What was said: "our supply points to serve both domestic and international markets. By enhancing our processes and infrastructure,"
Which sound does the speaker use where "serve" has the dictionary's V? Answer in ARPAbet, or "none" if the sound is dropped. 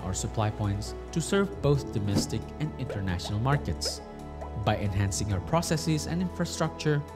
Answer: V